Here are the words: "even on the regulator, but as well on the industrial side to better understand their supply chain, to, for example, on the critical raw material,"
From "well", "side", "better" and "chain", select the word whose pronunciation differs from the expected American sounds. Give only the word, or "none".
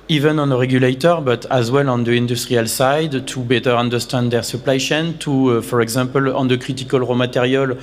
chain